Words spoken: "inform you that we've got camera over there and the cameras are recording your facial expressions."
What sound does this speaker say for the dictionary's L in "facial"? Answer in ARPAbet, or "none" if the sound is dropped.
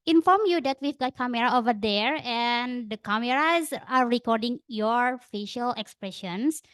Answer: L